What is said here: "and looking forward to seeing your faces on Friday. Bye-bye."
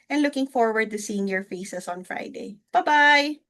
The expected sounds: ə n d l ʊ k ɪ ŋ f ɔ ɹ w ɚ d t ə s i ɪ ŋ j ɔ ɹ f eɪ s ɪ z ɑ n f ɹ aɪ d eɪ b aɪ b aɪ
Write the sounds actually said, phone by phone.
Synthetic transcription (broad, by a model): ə n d l ʊ k ɪ ŋ f ɔ ɹ w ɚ d t ə s i ɪ ŋ j ɔ ɹ f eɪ s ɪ s ɑ n f ɹ aɪ d eɪ b aɪ b aɪ